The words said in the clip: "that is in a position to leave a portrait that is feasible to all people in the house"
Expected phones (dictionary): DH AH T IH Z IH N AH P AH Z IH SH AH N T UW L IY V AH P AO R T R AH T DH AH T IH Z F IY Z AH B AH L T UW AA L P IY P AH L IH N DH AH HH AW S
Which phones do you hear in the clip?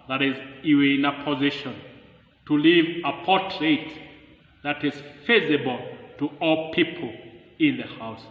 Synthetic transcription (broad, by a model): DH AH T IH Z IH N AH P AH Z IH SH AH N T UW L IY V AH P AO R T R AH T DH AH T IH Z F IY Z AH B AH L T UW AA L P IY P AH L IH N DH AH HH AW S